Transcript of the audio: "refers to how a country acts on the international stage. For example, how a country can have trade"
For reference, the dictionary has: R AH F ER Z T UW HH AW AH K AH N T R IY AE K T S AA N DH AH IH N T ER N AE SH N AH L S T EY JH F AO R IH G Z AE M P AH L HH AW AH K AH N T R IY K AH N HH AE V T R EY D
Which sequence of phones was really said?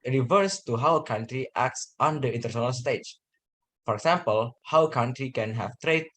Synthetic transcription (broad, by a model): R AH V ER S T UW HH AW K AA N T R IY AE K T S AA N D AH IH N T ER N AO N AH L S T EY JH F AO R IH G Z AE M P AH L HH AW K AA N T R IY K AH N HH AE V T R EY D